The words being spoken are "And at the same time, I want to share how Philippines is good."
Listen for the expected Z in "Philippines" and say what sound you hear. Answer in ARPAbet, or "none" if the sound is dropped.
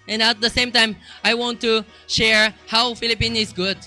none